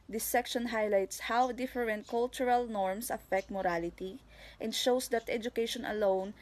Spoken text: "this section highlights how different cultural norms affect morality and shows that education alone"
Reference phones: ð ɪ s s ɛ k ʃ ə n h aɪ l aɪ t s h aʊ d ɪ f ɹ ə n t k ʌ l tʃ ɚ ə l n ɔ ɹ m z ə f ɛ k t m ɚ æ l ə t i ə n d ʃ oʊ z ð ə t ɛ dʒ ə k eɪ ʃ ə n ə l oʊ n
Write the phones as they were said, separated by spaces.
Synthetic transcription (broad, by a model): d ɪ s s ɛ k ʃ ə n h aɪ l aɪ t s h aʊ d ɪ f ɹ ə n t k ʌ l tʃ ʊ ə l n ɔ ɹ m s ə f ɛ k t m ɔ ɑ l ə t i ə n d ʃ oʊ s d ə t ɛ dʒ ə k eɪ ʃ ə n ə l oʊ n